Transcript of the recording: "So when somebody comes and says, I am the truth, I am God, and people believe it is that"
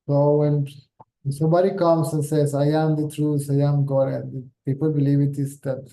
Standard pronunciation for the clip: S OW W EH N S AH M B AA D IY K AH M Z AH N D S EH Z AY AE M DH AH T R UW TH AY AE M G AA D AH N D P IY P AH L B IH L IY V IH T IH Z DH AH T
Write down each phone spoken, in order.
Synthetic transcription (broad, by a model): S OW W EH N S AH M B AA D IY K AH M S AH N S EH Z AY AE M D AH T R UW S AY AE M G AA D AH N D P IY P AH L B IH L IY V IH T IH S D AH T